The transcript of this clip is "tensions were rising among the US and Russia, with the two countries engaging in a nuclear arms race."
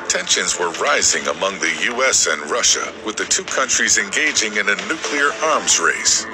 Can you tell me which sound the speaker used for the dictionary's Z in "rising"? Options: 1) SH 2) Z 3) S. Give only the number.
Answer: 2